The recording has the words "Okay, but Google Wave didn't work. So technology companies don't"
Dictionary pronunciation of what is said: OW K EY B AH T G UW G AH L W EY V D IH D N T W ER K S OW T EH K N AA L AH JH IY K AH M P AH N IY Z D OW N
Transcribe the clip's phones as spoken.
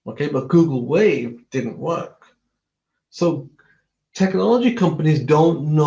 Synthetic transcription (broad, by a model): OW K EY B AH T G UW G L W EY V D IH D N T W ER K S OW T EH K N AA L AH JH IY K AH M P AH N IY Z D OW N